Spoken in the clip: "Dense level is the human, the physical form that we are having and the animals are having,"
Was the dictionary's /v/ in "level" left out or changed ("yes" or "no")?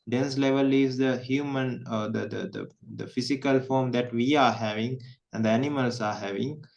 no